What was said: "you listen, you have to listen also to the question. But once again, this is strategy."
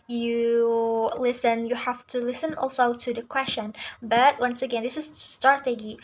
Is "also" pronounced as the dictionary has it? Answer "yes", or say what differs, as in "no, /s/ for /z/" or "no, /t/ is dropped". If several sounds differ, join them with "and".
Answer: yes